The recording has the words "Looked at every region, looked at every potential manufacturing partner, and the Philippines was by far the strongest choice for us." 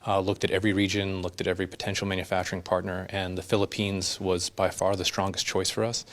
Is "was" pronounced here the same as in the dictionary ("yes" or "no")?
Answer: yes